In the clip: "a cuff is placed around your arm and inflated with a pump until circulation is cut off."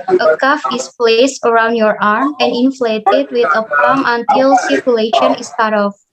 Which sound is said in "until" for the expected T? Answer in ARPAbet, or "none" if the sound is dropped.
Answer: T